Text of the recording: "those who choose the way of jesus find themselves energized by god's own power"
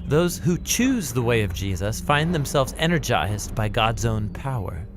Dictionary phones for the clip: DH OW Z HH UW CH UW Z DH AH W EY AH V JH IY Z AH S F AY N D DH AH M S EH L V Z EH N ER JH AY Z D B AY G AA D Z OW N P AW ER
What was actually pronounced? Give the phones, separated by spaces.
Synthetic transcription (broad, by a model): DH OW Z HH UW CH UW Z DH AH W EY AH V JH IY Z AH S F AY N DH AH M S EH L V Z EH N ER JH AY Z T B AY G AA D Z OW N P AW ER